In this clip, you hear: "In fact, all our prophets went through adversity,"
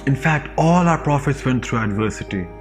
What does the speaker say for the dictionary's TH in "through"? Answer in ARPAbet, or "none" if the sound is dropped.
T